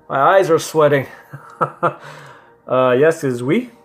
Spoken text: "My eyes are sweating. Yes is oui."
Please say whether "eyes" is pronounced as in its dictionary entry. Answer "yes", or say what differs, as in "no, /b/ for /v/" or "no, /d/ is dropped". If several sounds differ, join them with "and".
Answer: yes